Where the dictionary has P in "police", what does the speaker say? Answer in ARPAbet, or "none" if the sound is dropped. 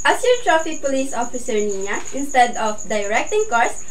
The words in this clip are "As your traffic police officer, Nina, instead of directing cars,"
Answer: P